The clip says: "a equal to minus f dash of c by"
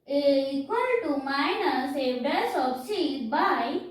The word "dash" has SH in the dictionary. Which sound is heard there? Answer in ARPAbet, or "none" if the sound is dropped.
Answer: S